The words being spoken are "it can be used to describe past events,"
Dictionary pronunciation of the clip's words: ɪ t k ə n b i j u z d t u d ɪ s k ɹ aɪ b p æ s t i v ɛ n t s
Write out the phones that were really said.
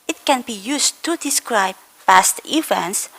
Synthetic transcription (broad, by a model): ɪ t k ə n b i j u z t u d ɪ s k ɹ aɪ b p æ s t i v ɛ n t s